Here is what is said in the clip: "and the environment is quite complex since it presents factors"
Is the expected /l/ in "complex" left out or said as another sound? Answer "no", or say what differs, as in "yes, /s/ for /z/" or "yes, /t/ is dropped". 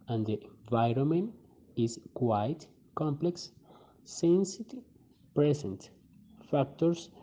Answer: no